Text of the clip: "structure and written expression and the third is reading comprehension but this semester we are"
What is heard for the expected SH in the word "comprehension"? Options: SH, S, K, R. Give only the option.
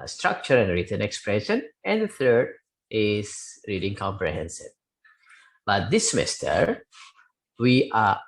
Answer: S